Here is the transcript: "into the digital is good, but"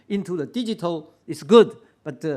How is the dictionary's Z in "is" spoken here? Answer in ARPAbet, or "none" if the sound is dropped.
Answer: S